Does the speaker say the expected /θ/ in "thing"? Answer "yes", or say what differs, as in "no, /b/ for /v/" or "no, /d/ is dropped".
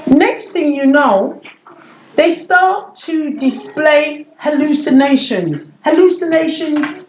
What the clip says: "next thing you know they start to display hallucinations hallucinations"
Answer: yes